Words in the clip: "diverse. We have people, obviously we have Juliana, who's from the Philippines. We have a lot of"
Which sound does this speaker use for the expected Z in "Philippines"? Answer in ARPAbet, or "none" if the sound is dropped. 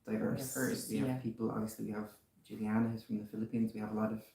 Z